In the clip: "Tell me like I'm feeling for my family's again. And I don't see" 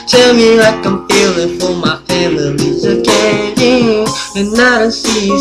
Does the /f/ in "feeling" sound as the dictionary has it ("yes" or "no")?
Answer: no